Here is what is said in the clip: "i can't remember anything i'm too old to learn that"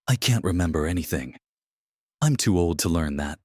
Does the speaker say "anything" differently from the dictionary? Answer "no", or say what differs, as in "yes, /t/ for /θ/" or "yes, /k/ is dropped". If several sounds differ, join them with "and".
no